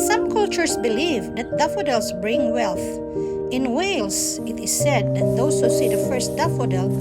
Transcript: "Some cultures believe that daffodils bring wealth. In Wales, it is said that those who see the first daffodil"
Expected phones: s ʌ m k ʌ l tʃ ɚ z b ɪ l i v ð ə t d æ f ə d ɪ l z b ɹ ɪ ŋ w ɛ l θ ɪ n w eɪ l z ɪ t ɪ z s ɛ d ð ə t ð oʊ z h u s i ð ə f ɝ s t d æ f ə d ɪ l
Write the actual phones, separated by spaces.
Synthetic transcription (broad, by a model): s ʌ m k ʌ l tʃ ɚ s b ɪ l i v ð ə t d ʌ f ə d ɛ l s b ɹ ɪ ŋ w ɛ l θ ɪ n w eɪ l s ɪ t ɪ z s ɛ d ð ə t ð oʊ s h u s i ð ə f ɝ s t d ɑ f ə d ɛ l